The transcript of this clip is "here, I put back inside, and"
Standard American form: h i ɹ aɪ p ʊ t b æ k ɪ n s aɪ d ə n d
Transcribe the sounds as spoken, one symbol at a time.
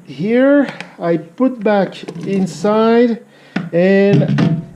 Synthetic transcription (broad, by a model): h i ɹ aɪ p ʊ t b æ k ɪ n s aɪ d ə n